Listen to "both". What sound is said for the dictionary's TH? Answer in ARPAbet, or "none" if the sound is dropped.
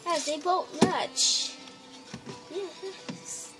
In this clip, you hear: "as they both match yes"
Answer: T